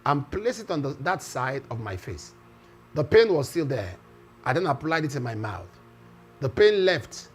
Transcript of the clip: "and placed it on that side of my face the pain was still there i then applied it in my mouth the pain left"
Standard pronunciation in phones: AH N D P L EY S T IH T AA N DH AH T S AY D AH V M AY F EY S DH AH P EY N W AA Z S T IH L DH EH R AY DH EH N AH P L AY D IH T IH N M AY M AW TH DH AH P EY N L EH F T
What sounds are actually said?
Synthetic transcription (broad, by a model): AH N P L EY S IH T AA N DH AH T S AY D AH V M AY F EY S DH AH P EY N W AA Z S T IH L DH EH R AY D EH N AH P L AY D IH T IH M AY M AW TH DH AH P EY N L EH F T